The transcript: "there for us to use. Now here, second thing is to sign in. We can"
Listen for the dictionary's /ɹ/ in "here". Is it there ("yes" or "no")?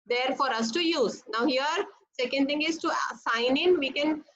yes